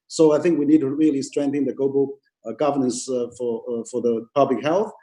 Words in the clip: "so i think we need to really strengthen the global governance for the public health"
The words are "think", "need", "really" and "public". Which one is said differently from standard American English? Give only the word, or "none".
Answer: none